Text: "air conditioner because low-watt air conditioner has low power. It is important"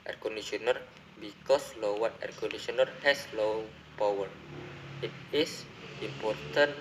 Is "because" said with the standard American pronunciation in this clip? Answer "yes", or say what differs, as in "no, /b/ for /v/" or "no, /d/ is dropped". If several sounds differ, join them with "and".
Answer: no, /s/ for /z/